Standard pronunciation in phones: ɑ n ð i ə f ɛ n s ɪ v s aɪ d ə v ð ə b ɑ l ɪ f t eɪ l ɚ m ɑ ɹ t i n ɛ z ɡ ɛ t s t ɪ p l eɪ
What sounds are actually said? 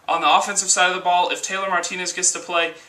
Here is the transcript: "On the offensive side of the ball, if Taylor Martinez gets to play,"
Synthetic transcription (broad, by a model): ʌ n ð i ə f ɛ n s ɪ v s aɪ d ə v ð ə b ɑ l ɪ f t eɪ l ɚ m ɑ ɹ t i n ɛ z ɡ ɛ t s t ɪ p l eɪ